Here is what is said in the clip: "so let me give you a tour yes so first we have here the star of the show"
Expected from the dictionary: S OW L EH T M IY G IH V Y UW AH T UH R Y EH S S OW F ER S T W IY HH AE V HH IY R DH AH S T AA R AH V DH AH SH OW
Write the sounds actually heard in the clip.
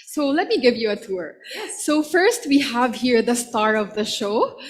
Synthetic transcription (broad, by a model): S OW L EH T M IY G IH V Y UW AH T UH R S S OW F ER S T W IY HH AE V HH IY R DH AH S T AA R AH V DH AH SH OW